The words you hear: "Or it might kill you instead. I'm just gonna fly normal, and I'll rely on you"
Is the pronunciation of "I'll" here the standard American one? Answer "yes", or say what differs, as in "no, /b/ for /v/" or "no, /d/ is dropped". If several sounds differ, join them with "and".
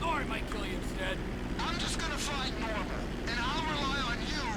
yes